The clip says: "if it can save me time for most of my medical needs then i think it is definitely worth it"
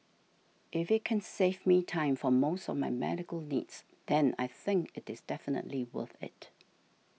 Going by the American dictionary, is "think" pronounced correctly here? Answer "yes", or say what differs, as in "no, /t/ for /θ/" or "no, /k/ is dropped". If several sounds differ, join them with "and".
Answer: yes